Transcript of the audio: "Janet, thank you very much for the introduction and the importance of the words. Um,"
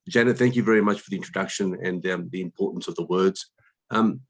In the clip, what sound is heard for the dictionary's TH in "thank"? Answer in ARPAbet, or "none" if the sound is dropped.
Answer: TH